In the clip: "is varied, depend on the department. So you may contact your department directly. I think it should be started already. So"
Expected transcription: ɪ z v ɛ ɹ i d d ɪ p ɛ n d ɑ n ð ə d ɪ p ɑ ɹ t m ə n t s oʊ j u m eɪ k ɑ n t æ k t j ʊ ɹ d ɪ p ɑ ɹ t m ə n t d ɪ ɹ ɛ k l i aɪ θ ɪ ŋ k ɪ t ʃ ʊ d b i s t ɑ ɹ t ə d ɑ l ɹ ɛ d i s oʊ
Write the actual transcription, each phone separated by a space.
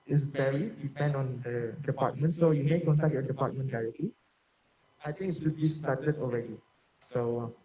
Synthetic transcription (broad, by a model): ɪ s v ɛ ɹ i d d ɪ p ɛ n d ɑ n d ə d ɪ p ɑ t m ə n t s oʊ j u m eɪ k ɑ n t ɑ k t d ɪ p ɑ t m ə n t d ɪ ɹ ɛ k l i aɪ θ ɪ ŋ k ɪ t s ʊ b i s t ɑ t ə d ɑ l ɹ ɛ d i s oʊ